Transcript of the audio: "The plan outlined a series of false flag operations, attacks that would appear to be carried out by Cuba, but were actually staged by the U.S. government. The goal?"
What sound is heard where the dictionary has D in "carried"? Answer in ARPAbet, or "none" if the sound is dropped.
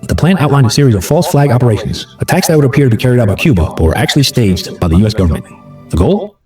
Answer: D